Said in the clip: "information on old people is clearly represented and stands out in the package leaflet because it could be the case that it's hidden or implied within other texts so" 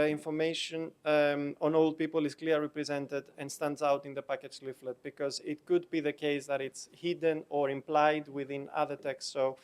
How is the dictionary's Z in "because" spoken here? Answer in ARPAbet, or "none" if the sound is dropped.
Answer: Z